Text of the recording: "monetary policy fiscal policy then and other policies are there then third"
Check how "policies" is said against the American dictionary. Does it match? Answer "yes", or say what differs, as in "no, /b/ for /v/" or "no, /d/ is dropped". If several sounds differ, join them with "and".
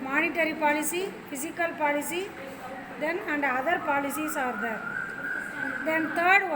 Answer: no, /s/ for /z/